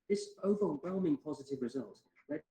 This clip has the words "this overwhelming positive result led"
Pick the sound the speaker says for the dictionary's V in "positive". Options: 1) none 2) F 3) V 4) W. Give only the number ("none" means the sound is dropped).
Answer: 3